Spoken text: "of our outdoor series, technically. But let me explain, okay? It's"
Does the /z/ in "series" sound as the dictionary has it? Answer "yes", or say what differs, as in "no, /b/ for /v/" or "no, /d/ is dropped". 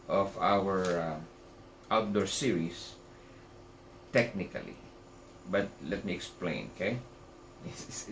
no, /s/ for /z/